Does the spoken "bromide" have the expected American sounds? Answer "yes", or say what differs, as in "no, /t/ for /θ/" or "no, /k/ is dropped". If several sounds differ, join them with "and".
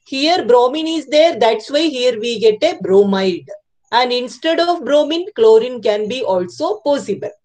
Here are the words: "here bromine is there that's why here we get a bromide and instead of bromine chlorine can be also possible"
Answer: yes